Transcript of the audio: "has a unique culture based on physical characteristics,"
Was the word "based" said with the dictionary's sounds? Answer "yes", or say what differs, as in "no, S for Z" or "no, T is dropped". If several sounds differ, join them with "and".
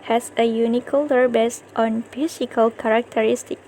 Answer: yes